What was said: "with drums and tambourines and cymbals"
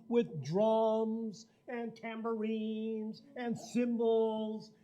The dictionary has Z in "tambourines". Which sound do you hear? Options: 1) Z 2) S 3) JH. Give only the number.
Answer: 1